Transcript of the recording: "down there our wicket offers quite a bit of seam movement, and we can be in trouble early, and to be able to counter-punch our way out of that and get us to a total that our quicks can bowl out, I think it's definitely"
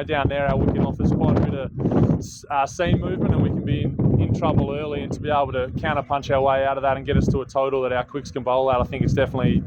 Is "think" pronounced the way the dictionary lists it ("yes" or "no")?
yes